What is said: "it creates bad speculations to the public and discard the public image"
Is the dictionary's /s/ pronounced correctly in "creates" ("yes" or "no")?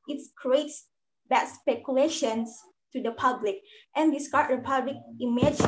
yes